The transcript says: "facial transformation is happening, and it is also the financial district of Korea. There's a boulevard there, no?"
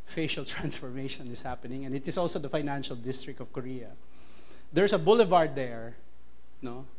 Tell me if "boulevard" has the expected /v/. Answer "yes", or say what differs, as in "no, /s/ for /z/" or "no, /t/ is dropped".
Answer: yes